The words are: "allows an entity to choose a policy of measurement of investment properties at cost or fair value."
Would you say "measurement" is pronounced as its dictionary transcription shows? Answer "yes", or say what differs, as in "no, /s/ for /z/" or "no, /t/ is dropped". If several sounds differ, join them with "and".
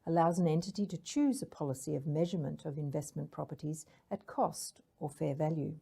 yes